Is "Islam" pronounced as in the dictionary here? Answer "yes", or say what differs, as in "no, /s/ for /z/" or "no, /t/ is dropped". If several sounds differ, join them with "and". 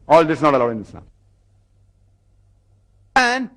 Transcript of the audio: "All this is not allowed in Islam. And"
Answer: no, /n/ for /l/